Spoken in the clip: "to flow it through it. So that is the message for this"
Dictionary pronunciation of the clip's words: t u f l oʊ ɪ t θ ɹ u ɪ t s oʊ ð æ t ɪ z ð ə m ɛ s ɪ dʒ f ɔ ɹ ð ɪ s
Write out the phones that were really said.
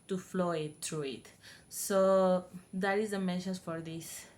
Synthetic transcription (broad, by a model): t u f l oʊ ɪ t t ɹ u ɪ t s oʊ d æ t ɪ z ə m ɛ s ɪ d f ɔ ɹ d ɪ s